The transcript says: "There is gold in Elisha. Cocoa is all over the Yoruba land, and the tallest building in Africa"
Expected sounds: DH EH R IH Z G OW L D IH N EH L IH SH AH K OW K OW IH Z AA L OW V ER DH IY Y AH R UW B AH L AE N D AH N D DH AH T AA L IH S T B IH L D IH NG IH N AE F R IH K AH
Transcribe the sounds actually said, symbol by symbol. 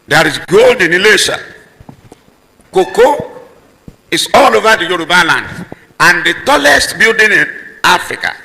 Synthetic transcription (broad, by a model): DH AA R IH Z G OW L D IH N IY L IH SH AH K OW K OW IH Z AA L OW V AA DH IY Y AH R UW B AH L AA N D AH N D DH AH T AA L IH S T B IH L D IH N IH N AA F R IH K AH